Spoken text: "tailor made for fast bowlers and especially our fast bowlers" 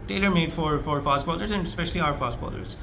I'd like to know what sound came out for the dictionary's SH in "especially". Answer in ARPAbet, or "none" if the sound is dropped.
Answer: SH